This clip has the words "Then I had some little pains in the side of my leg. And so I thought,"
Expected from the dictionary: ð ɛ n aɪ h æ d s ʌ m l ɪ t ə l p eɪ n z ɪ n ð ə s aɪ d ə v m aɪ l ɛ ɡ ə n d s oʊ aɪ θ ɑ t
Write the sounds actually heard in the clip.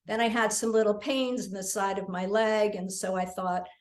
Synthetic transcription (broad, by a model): ð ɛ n aɪ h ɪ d s ʌ m l ɪ t l p eɪ n z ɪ n ð ə s aɪ d ə v m aɪ l ɛ ɡ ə n s oʊ aɪ θ ɑ t